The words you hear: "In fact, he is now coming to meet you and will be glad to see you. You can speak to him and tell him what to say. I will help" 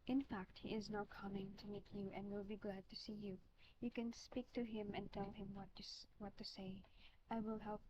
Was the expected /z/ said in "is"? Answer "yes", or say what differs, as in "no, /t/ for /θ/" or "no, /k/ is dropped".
yes